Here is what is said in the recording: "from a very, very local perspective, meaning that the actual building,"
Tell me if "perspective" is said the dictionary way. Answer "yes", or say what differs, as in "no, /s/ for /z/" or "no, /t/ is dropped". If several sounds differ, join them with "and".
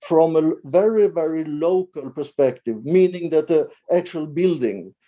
yes